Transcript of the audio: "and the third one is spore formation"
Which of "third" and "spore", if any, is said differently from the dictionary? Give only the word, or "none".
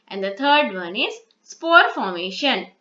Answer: third